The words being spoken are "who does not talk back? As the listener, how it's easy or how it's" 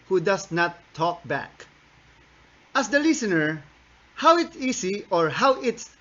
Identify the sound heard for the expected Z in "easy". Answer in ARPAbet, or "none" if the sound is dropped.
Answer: S